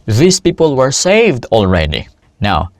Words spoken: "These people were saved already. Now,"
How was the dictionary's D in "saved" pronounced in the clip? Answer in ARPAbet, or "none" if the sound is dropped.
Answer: D